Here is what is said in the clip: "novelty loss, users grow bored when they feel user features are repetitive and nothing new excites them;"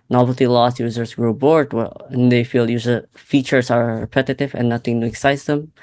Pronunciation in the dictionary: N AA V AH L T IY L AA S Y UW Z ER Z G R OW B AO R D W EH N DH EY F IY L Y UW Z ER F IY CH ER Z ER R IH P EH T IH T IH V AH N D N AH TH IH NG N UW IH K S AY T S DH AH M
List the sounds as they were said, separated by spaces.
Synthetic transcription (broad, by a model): N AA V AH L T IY L AA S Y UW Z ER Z G R OW B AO R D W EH N DH EY F IY L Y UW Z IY F IY CH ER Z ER R IH P EH T IH T IH V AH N N AH TH IH NG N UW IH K S AY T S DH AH M